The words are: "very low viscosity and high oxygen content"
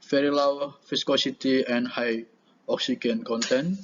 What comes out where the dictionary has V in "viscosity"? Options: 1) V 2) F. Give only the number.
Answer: 2